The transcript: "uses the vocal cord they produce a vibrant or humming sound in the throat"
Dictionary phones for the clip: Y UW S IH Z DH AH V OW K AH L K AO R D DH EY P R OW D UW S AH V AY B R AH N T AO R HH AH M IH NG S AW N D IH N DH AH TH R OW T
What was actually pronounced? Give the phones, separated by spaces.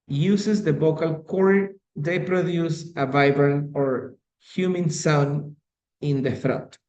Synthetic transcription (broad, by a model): Y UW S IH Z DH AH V OW K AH L K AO R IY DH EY P R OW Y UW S AH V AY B R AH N AO R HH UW M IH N S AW N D IH N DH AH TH R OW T